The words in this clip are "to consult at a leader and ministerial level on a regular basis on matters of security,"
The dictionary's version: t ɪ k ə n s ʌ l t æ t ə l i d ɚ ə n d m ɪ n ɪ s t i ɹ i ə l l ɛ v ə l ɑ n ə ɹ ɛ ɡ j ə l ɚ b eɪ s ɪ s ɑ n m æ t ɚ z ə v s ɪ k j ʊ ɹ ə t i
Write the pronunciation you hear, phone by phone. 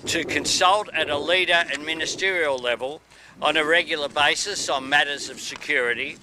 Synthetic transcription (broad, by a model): t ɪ k ə n s ʌ l t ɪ t ə l i d ɚ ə n m ɪ n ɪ s t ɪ ɹ i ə l l ɛ v ə l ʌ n ə ɹ ɛ ɡ j l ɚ b eɪ s ɪ s n m æ t ɚ z ə v s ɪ k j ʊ ɹ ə t i